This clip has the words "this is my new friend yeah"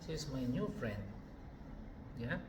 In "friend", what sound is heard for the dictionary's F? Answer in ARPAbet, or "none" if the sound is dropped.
F